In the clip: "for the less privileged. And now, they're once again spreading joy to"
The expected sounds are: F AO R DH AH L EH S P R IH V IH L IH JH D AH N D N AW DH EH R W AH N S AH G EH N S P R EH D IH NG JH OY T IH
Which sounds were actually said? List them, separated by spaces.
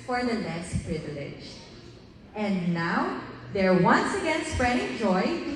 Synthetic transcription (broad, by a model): F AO R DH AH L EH S P R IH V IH L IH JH AH N D N AW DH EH R W AH N S AH G EH N S P R EH D IH NG JH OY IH